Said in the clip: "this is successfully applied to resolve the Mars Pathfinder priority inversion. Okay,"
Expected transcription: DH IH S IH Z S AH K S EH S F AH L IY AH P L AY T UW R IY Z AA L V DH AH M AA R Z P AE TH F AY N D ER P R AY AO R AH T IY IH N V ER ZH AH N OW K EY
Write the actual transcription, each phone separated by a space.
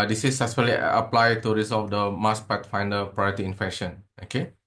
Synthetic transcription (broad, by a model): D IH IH S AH S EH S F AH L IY AH P L AY T UW R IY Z AA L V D AH M AA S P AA T F AY N D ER P R AY AO R AH T IY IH N F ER SH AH N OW K EY